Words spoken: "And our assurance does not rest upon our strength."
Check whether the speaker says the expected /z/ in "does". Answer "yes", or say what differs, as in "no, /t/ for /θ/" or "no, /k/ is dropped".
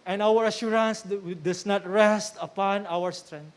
no, /s/ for /z/